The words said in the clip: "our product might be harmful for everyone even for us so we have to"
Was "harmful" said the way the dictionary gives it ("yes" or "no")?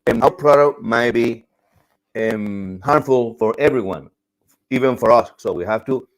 yes